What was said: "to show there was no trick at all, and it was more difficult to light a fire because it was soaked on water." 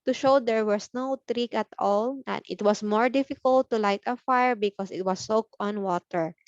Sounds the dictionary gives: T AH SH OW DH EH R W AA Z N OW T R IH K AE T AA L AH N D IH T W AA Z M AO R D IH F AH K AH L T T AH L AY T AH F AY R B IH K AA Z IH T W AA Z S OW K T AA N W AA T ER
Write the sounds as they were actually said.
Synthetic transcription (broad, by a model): T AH SH OW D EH R W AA S N OW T R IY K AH T AA L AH N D IH T W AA S M AO R D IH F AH K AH L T T AH L AY T AH F AY R B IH K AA S IH T W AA S OW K AA N W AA T ER